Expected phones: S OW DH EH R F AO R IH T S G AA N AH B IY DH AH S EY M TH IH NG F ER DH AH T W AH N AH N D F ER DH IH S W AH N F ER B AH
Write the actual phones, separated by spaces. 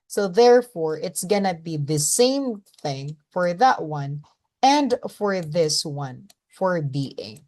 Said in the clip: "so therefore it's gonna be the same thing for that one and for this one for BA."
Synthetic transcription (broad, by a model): S OW DH EH R F AO R IH T S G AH N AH B IY DH AH S EY M TH IH NG F ER DH AH T W AH N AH N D F ER DH IH S W AH N F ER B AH